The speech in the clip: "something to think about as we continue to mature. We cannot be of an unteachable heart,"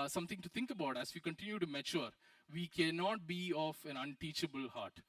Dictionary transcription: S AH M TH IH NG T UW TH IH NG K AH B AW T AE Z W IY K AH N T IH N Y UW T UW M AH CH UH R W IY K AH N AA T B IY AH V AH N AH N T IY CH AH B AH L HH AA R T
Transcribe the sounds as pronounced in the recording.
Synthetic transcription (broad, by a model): S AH M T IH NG T UW T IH NG K AH B AW T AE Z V IY K AH N T IH N Y UW T UW M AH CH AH R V IY K AH N AA T B IY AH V AH N AH N T IY CH AH B AH L HH AA R T